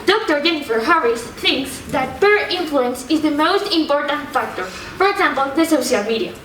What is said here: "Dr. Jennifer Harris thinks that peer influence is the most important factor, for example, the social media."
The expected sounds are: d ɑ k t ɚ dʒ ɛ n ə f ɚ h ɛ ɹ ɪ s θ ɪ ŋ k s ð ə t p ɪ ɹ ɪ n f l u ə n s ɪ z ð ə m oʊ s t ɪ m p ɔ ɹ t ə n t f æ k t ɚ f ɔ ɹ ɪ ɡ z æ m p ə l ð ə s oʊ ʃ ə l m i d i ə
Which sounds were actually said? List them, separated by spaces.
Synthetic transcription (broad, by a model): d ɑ k t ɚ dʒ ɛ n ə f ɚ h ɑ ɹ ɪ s θ ɪ ŋ k s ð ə t p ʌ ɹ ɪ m f l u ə n s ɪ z ð ə m oʊ s t ɪ m p ɔ ɹ t ə n t f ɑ k t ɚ f ɔ ɹ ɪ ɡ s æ m p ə l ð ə s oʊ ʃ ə l m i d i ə